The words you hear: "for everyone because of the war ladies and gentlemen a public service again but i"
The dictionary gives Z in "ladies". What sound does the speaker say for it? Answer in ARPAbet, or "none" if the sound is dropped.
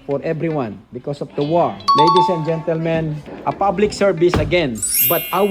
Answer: S